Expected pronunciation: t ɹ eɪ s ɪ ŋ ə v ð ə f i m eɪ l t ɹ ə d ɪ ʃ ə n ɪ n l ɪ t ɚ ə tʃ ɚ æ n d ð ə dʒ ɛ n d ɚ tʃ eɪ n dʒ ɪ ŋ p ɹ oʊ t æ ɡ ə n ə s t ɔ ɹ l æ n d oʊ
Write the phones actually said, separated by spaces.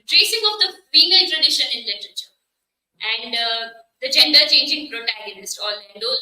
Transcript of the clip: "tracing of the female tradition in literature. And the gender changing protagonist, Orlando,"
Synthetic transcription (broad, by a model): t ɹ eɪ s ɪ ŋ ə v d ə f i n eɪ n t ɹ ə d ɪ ʃ ə n ɪ n l ɪ t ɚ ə tʃ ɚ æ n d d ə dʒ ɛ n d ɚ tʃ eɪ n dʒ ɪ ŋ p ɹ oʊ t æ ɡ ə n ə s t ɔ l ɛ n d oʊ